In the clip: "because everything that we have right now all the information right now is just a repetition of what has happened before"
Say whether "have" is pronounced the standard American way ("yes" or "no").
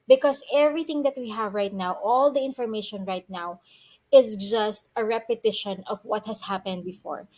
yes